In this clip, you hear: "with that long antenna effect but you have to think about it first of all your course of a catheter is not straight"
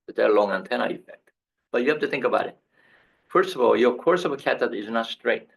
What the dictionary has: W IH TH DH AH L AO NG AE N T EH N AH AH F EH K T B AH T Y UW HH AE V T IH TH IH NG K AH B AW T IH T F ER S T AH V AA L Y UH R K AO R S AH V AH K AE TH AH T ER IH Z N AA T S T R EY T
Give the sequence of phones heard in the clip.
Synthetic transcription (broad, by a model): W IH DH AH L AO NG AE N T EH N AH AH F EH K T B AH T Y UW HH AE F T IH TH IH NG K AH B AW T IH T F ER S T AH V AA L Y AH R K AO R S AH V AH K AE T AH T IH Z N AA T S T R EY T